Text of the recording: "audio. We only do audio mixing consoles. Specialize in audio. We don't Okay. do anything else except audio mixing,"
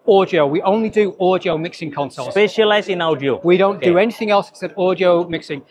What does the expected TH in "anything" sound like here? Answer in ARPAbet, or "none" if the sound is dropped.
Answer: TH